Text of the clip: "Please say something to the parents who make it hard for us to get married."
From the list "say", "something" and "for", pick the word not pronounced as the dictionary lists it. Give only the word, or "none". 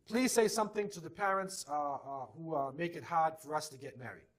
none